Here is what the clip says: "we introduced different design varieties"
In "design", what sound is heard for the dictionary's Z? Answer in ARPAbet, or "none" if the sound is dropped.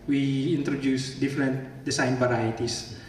S